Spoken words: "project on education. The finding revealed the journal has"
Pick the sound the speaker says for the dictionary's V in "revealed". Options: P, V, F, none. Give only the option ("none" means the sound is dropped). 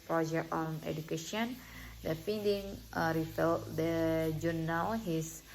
F